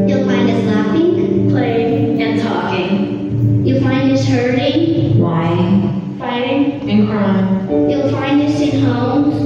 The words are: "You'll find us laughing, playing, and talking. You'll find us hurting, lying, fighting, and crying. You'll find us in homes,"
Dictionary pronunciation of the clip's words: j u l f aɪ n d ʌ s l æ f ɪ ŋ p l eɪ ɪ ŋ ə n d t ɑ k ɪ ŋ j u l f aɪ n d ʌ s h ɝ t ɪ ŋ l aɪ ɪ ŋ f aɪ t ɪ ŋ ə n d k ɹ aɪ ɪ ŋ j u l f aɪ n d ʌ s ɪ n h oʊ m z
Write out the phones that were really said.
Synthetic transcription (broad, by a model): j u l f aɪ n d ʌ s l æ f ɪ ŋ p l eɪ ɪ ŋ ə n t ɑ k ɪ ŋ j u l f aɪ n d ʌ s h ɝ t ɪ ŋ w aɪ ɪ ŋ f aɪ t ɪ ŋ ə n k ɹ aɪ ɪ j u l f aɪ n d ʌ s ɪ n h oʊ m